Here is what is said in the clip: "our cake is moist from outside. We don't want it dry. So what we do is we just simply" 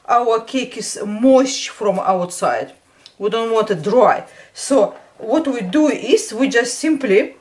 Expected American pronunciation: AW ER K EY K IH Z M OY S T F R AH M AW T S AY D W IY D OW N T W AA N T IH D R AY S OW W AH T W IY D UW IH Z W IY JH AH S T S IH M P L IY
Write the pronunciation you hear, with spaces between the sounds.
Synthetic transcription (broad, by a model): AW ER K EY K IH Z M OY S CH F R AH M AW T S AY D W IY D OW N T W AA N T IH D R AY S OW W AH T W IY D UW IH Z W IY JH AH S T S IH M P L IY